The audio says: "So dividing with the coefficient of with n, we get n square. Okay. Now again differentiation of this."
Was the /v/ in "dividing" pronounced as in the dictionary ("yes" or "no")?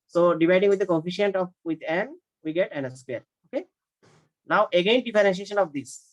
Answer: no